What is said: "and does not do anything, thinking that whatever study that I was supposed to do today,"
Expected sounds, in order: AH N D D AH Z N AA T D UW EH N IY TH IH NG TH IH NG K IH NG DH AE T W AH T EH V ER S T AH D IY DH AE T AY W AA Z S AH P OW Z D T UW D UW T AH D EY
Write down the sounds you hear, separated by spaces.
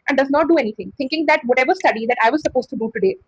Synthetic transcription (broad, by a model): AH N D D AH Z N AA T D UW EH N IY T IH NG T IH NG K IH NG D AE T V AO T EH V ER S T AH D IY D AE T AY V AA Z S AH P OW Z T UW D UW T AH D EY